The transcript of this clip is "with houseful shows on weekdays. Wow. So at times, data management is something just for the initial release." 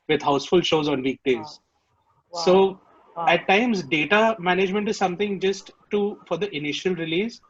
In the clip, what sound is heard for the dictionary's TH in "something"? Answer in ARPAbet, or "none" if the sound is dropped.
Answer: T